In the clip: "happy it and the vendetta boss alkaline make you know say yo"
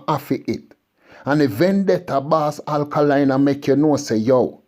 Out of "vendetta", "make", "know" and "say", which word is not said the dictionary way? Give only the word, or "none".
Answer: none